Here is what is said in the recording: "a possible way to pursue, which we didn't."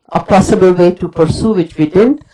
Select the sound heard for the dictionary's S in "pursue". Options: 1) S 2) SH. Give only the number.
1